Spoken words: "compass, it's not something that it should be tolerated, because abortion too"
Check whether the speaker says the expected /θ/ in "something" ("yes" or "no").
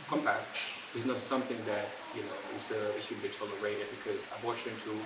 yes